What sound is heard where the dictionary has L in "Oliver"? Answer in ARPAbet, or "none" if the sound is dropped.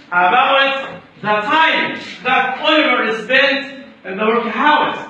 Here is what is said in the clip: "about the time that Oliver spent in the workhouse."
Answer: W